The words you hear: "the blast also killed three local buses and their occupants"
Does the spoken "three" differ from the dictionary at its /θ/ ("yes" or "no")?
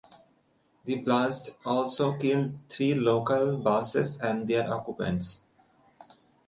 yes